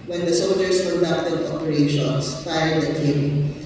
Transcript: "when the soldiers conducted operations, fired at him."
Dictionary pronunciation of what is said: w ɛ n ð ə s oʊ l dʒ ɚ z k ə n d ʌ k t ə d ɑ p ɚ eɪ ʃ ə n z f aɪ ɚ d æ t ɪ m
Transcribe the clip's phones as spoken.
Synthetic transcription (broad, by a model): w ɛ n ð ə s oʊ l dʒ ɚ s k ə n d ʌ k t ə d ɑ p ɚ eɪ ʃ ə n s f aɪ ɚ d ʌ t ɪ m